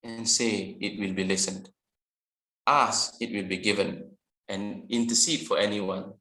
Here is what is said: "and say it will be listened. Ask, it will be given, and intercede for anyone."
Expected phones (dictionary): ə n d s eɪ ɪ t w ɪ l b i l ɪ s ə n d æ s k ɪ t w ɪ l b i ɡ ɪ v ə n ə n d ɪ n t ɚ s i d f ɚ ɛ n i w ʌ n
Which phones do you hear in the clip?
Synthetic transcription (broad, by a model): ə n s eɪ ɪ t w ɪ l b i l ɪ s ə n d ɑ s ɪ t w ɪ l b i ɡ ɪ v ə n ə n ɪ n t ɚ s i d f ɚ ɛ n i w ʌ n